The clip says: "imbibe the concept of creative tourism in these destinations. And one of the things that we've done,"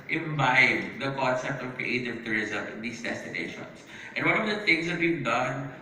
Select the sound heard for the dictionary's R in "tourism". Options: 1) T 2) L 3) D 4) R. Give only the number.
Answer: 4